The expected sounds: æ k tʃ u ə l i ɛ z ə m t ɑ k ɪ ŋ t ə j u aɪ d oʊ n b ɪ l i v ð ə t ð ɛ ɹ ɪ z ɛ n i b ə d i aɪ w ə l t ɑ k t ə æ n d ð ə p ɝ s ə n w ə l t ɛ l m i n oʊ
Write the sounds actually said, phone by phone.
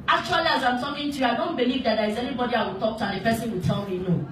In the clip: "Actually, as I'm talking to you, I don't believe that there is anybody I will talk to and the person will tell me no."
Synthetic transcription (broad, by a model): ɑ k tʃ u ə l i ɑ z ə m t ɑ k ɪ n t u aɪ d oʊ n b ɪ l i v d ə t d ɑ ɪ z ɛ n i b ə d i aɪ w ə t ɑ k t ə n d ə f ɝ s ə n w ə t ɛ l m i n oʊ